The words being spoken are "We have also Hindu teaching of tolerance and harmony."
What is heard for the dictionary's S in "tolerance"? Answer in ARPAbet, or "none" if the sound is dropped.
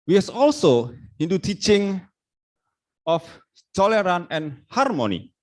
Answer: none